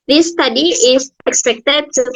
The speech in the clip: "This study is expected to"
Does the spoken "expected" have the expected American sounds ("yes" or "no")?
yes